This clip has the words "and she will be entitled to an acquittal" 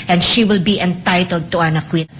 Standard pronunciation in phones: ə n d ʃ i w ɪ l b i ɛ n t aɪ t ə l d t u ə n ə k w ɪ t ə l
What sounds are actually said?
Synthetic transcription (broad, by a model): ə n ʃ i w ɪ l b i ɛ n t aɪ t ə l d t u ə n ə k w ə